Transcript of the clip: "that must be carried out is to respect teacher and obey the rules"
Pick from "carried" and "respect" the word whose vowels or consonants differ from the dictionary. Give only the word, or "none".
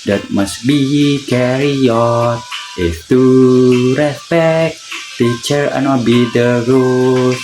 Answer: carried